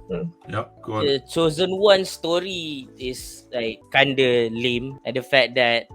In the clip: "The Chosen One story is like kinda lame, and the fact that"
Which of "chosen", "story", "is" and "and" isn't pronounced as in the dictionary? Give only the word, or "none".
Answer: is